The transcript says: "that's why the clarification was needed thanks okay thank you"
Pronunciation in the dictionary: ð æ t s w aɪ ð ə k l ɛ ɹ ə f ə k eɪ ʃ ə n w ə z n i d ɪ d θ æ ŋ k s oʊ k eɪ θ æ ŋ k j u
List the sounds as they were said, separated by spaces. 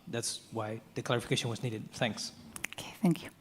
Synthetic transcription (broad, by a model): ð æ t s w aɪ ð ə k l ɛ ɹ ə f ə k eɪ ʃ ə n w ə z n i d ɪ d θ æ ŋ k s oʊ k eɪ θ æ ŋ k j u